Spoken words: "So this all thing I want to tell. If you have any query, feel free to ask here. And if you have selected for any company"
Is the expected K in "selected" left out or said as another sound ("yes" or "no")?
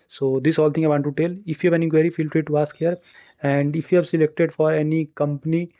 no